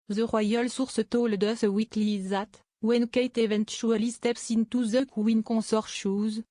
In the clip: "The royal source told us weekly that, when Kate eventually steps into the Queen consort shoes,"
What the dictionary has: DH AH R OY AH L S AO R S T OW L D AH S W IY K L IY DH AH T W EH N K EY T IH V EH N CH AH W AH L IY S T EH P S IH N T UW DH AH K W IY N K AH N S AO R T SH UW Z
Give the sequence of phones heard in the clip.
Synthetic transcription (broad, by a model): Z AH R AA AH L S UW R S T OW L D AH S W IY K L IY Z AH T W EH N K EY T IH V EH N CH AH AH L IY S T EH P S IH N T UW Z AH K W IY N K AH S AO R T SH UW Z